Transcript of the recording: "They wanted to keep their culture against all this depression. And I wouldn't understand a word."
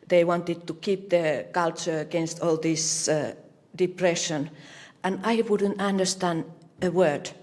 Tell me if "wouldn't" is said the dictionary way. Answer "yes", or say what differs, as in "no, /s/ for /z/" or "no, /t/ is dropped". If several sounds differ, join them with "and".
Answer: yes